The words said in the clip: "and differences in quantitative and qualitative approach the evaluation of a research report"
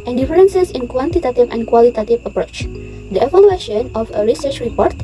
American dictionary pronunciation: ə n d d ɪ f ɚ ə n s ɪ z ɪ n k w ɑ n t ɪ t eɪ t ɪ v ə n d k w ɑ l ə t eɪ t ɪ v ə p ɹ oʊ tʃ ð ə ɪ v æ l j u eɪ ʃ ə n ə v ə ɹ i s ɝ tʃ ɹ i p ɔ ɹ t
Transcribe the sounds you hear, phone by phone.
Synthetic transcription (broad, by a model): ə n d d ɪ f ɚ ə n s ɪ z ɪ n k w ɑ n t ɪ t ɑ t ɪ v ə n k w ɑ l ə t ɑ t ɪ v ə p ɹ oʊ tʃ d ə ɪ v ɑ l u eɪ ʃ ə n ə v ə ɹ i s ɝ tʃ ɹ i p ɔ ɹ t